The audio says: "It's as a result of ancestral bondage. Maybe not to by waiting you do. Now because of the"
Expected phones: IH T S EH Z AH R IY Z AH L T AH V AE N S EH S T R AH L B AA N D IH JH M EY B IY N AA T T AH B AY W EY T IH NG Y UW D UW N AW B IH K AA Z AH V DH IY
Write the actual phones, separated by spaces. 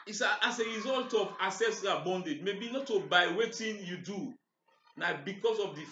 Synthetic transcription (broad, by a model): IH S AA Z AH R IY Z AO L T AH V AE S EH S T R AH B AA N D IH JH M EY B IY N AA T T AH B AY W EY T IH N Y UW D UW N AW B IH K AA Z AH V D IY